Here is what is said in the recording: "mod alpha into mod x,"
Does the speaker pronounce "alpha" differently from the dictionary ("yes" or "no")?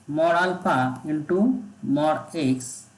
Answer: yes